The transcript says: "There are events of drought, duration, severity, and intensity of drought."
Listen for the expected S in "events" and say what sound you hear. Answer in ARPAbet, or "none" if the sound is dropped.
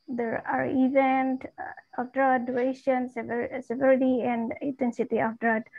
none